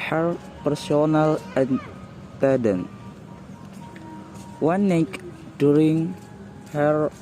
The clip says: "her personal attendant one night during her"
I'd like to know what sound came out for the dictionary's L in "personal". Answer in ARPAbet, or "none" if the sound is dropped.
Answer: L